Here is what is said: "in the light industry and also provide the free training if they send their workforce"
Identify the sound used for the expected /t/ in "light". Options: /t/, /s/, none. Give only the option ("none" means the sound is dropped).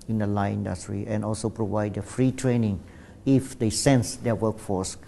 none